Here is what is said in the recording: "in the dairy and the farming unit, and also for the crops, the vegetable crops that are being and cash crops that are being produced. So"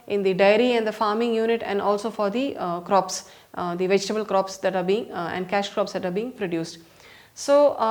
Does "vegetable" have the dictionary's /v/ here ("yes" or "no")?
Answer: yes